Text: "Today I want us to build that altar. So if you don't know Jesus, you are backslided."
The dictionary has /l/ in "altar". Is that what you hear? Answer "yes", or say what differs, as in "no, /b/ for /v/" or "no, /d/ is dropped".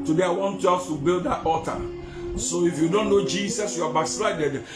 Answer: no, /l/ is dropped